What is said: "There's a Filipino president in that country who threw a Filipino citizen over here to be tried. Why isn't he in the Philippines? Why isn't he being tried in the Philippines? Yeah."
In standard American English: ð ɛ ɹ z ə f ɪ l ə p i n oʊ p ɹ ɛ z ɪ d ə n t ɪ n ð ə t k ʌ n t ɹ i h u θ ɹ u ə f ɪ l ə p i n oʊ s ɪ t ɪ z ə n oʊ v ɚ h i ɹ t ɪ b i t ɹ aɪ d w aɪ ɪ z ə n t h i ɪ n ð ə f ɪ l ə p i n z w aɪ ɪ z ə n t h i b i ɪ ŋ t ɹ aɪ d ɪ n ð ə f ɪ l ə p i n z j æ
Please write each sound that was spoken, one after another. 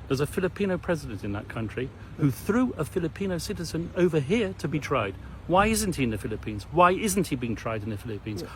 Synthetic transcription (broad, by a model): ð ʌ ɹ z ə f ɪ l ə p i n oʊ p ɹ ɛ z ɪ d ə n t ɪ n ð ə t k ʌ n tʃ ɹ i h u θ ɹ u ə f ɪ l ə p i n oʊ s ɪ t ɪ z ə n oʊ v ɚ h i ɹ t ɪ b i t ɹ aɪ d w aɪ ɪ z n t h i ɪ n ð ə f ɪ l ə p i n z w aɪ ɪ z n t h i b i ɪ ŋ t ɹ aɪ d ɪ n ð ə f ɪ l ə p i n z